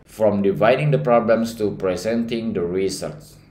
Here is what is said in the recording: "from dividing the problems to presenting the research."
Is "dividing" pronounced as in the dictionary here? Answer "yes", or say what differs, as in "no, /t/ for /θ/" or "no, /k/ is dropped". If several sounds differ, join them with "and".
yes